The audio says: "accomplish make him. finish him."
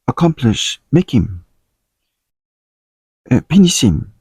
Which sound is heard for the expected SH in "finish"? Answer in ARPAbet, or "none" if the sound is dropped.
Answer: S